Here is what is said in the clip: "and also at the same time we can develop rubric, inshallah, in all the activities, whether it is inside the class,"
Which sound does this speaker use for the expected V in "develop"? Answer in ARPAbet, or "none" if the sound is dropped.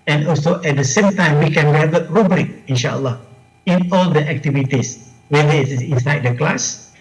none